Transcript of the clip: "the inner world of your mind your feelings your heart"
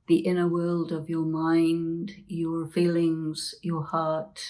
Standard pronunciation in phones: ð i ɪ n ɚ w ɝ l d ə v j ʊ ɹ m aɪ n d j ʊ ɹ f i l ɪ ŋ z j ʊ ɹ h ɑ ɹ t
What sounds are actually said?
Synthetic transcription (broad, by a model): ð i ɪ n ɚ w ɝ l d ə v j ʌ ɹ m aɪ n d j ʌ ɹ f i l ɪ ŋ z j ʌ ɹ h ɑ ɹ t